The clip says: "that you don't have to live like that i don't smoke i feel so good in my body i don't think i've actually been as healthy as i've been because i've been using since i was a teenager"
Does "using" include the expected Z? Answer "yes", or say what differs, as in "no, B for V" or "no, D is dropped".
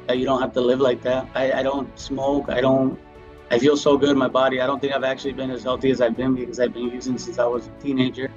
yes